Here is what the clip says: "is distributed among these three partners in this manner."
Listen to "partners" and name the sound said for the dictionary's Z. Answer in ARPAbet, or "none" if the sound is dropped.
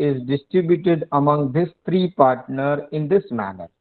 none